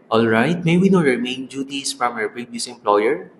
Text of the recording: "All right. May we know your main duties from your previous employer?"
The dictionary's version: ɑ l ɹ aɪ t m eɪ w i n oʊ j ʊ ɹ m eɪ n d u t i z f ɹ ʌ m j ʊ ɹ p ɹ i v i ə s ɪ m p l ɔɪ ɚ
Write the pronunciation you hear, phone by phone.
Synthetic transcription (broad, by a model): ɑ l ɹ aɪ t m eɪ w i n oʊ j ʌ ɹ m eɪ n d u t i s f ɹ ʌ m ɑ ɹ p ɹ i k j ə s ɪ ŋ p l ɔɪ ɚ